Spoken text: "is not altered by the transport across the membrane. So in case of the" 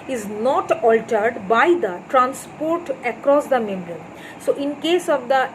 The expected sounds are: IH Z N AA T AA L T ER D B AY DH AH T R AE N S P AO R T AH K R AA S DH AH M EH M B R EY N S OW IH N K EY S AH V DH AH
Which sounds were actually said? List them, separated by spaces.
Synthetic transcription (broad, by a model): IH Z N AA T AA L T ER D B AY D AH T R AE N S P AO R T AH K R AA S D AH M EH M R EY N S OW IH N K EY S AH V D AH